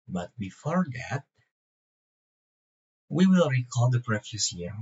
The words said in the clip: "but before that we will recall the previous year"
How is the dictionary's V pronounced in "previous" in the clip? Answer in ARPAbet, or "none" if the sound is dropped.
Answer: F